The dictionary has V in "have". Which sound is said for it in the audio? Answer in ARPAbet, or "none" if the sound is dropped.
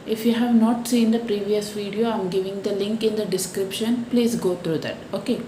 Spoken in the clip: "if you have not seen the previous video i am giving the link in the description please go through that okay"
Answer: V